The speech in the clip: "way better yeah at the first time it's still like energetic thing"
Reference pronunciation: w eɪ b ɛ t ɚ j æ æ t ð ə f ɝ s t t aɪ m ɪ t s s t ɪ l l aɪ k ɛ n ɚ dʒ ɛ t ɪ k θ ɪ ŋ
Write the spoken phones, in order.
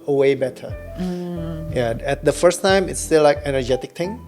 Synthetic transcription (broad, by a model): w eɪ b ɛ t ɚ j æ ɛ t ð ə f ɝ s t t aɪ m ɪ t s s t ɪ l l aɪ k ɛ n ɚ dʒ ɛ t ɪ k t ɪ ŋ